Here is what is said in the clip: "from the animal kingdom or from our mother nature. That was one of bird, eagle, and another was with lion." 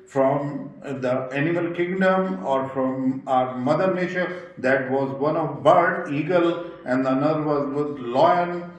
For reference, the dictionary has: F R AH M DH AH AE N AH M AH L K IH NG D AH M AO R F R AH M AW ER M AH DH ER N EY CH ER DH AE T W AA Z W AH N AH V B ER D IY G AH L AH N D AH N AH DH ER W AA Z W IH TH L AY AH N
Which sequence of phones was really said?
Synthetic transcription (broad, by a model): F R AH M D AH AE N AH M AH L K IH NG D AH M AO R F R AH M AW ER M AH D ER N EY SH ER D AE T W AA Z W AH N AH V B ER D IY G AH L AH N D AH N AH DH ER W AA Z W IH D L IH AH N